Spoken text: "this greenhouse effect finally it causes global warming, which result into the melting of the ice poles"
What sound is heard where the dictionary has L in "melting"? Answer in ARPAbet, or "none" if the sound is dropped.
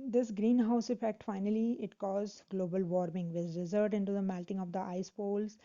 L